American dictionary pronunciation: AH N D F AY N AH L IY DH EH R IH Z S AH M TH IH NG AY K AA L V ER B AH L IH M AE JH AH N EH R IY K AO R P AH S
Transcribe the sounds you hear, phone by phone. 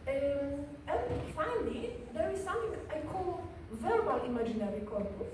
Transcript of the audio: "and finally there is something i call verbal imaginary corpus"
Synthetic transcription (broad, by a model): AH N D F AY N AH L IY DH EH R IH Z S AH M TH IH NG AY K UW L V ER B AH L IH M AE JH AH N EH R IY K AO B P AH